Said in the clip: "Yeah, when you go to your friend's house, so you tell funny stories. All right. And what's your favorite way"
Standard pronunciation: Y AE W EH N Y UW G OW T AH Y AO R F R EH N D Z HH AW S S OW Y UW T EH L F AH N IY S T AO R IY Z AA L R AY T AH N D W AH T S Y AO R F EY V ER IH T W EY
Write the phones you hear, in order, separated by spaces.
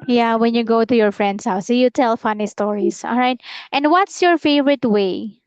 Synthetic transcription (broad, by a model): Y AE W EH N Y UW G OW T AH Y AO R F R EH N D S HH AW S S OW Y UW T EH L F AH N IY S T AO R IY S AA L R AY T AH N D W AH T S Y AO R F EY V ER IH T W EY